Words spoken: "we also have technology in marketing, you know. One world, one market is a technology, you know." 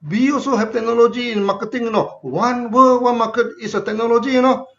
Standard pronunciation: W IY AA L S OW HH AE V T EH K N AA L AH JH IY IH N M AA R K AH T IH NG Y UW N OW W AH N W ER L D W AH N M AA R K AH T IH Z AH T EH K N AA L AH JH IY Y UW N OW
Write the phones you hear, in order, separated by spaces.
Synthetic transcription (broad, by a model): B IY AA S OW HH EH P T EH K N AA L AH JH IY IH N M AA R K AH T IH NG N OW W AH N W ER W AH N M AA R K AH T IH S AH T EH K N AA L AH JH IY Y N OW